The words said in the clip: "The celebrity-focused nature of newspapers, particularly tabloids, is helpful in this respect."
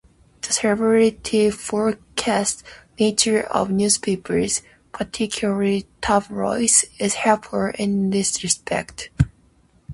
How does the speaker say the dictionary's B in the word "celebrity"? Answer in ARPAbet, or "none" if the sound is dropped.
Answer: none